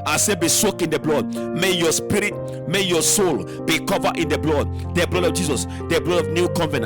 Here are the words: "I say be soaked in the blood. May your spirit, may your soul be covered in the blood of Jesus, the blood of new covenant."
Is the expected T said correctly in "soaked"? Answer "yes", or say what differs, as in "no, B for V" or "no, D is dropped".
no, T is dropped